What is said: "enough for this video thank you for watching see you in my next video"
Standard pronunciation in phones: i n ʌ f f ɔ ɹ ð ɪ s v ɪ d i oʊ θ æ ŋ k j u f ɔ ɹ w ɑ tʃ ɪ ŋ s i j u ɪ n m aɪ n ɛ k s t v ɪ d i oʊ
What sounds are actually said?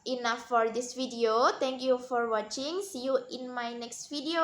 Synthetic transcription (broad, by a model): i n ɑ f f ɔ ɹ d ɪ s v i d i oʊ t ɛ ŋ k j u f ɔ ɹ w ɑ tʃ ɪ ŋ s i j u ɪ n m aɪ n ɛ k s t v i d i oʊ